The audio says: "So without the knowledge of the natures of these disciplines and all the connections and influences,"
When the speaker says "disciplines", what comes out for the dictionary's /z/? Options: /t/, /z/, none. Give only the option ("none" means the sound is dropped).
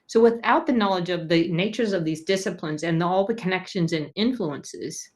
/z/